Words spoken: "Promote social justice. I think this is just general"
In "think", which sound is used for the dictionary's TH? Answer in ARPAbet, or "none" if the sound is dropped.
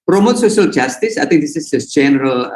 T